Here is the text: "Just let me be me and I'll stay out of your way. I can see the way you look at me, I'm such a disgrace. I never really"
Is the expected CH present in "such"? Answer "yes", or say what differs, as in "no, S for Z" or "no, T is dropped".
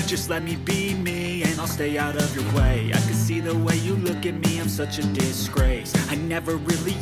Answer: yes